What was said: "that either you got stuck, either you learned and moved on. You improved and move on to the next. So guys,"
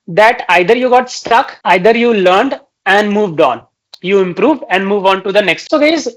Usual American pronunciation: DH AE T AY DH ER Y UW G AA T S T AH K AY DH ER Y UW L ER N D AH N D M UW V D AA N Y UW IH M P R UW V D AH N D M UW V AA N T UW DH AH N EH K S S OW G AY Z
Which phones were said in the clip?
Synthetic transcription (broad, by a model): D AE T AY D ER Y UW G AA T S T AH K AY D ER Y UW L ER N D AH N D M UW V D AA N Y UW IH M P R UW V D AH N D M UW V AA N T UW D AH N EH K S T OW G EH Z